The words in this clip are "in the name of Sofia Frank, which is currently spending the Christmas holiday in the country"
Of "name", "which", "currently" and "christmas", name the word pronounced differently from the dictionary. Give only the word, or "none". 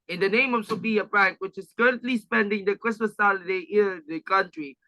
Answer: none